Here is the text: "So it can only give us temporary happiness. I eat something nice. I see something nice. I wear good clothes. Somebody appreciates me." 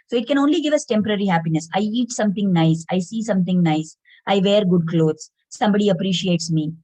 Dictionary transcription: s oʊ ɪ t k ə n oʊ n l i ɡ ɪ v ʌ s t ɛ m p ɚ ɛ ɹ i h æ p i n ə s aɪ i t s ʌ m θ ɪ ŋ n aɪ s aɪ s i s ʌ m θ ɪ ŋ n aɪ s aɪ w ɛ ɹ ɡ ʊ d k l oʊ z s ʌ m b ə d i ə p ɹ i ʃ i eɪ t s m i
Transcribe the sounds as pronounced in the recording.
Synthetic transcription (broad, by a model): s oʊ ɪ t k ə n oʊ n l i ɡ ɪ v ʌ s t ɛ m p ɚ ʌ ɹ i h æ p i n ə s aɪ i t s ʌ m t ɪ ŋ n aɪ s aɪ s i s ʌ m t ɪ ŋ n aɪ s aɪ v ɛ ɹ ɡ ʊ d k l oʊ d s ʌ m b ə d i ə p ɹ i ʃ i eɪ t s m i